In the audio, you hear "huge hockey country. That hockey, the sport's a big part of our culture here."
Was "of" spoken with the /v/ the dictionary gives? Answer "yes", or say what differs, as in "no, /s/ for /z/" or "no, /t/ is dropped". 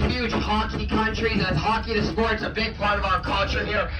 yes